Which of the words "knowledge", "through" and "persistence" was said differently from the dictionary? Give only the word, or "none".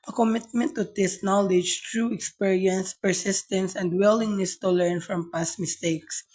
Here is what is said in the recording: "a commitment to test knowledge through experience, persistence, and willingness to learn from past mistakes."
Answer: through